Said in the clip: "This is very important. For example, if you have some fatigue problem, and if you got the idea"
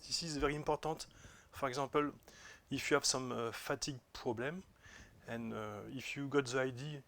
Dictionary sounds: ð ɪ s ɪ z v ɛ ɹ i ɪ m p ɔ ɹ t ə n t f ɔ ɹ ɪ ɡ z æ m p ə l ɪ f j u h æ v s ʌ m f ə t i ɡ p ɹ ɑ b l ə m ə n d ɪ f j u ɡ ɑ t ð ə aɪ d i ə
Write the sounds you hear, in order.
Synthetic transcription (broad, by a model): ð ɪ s ɪ z v ɛ ɹ i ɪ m p ɔ ɹ t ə t f ɔ ɹ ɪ ɡ z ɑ p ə l ɪ f j u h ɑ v s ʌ m f ə t i ɡ p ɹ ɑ b l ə m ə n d ɪ f j u ɡ ɑ t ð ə aɪ d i